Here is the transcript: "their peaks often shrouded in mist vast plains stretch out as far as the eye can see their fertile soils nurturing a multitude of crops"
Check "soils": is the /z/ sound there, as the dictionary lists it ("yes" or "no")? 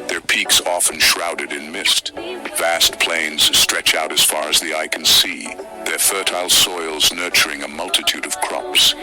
yes